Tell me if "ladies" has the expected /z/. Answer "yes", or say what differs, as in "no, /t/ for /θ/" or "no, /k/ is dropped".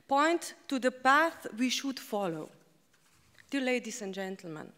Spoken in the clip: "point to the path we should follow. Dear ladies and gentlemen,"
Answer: no, /s/ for /z/